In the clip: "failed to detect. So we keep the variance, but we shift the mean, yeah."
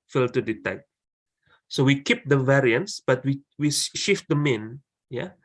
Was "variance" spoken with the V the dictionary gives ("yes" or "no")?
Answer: yes